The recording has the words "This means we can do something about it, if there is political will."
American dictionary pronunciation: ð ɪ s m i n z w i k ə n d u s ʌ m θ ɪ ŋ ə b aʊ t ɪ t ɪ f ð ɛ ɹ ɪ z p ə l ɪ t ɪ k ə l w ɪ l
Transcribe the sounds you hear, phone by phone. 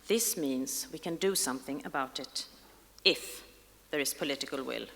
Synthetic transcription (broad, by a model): ð ɪ s m i n z w i k ə n d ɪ s ʌ m θ ɪ ŋ ə b aʊ t ɪ t ɪ f ð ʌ ɹ ɪ z p ə l ɪ t ɪ k ə l w ɪ l